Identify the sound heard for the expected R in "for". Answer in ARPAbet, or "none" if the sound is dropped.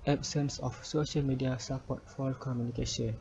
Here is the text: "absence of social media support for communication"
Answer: L